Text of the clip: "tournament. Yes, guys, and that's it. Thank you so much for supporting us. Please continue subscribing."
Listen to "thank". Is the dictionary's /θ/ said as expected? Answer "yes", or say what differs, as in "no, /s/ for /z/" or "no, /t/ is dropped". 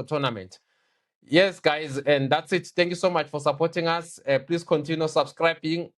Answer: no, /t/ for /θ/